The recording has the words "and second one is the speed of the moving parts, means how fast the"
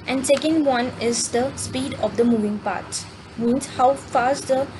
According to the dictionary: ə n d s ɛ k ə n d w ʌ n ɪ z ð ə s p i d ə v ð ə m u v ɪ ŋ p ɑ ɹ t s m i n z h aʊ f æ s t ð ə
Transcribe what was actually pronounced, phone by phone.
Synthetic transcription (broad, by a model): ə n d s ɛ k ə n d w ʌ n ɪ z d ə s p i d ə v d ə m u v ɪ ŋ p ɑ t m i n s h aʊ f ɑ s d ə